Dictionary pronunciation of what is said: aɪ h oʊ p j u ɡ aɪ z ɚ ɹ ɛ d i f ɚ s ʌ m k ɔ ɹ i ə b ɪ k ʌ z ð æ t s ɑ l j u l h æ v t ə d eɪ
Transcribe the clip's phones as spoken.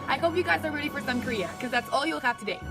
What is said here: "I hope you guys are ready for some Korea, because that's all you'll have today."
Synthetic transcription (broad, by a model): aɪ h oʊ p j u ɡ aɪ z ɚ ɹ ɛ d i f ɚ s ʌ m k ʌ ɹ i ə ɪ k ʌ z ð æ t s ɑ l j u l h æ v t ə d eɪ